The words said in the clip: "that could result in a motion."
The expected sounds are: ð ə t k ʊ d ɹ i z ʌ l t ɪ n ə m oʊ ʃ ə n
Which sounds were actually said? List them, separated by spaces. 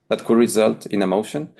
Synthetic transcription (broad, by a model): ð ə t k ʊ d ɹ i z ʌ l t ɪ n ə m oʊ ʃ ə n